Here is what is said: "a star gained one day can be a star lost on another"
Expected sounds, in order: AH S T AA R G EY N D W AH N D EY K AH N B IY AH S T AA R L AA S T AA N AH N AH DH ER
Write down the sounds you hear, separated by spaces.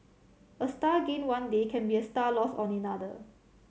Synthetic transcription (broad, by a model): AH S T AA G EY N W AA N D EY K AH N B IY AH S T AA L AA S AA N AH N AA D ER